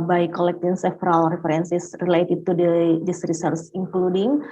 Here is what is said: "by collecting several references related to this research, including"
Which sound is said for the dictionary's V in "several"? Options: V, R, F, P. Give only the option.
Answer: F